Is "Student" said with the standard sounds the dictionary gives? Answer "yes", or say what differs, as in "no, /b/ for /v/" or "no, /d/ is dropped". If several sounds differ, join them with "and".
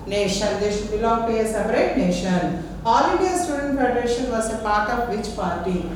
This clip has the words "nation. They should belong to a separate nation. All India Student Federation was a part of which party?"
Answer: yes